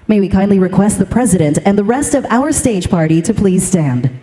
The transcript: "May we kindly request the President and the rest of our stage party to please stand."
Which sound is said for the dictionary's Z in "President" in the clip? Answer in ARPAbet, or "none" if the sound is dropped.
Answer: Z